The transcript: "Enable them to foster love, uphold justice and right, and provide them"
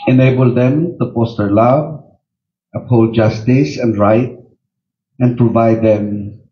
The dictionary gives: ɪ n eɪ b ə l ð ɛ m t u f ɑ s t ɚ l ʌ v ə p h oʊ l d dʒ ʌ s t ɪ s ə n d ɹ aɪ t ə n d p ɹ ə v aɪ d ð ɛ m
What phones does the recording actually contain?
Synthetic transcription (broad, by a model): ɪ n eɪ b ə l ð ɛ m t u p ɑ s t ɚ l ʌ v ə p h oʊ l dʒ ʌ s t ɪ s ə n d ɹ aɪ t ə n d p ɹ ə v aɪ d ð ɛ m